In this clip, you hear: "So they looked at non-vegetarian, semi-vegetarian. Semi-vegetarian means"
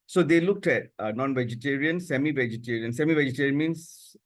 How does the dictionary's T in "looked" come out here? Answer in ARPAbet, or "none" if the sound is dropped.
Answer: T